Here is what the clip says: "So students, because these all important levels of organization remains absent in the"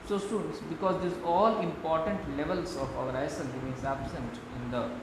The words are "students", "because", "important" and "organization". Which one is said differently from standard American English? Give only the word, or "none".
organization